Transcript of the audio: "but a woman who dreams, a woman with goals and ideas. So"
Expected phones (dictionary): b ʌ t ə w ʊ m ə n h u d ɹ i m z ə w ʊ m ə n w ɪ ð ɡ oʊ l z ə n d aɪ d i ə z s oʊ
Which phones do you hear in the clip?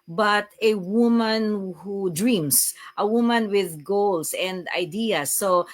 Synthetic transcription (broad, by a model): b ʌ t ə w ʊ m ə n h u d ɹ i m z ə w ʊ m ə n w ɪ ð ɡ oʊ l s ə n d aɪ d i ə s oʊ